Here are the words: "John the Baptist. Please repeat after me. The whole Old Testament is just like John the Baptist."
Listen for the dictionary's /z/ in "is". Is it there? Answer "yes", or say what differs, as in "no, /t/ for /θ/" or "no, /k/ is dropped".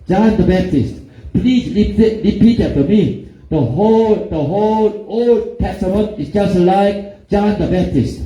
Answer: no, /s/ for /z/